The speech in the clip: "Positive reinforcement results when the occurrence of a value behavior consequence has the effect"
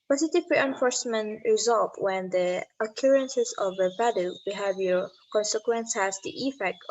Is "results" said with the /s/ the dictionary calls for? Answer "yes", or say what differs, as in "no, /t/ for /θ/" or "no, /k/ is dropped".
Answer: no, /s/ is dropped